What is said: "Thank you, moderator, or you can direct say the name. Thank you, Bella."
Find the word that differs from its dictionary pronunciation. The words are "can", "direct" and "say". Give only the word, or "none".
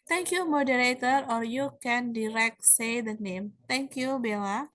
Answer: none